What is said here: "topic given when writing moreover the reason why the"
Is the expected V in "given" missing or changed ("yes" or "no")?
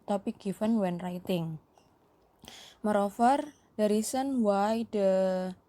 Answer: yes